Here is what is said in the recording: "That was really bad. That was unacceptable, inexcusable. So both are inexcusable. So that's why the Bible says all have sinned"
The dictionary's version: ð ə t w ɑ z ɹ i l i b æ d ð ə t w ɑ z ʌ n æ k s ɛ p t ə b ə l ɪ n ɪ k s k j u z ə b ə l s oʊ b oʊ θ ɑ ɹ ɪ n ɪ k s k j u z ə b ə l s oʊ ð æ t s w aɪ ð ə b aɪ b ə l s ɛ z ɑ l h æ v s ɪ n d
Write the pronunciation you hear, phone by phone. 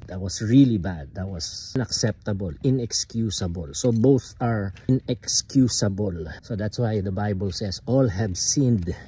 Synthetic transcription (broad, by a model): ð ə t w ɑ s ɹ i l i b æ d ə t w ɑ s n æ k s ɛ p t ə b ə l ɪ n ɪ k s k j u s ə b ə l s oʊ b oʊ θ ɑ ɹ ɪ n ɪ k s k j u s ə b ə l s oʊ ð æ t s w aɪ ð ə b aɪ b ə l s ɛ s ɑ l h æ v s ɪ n d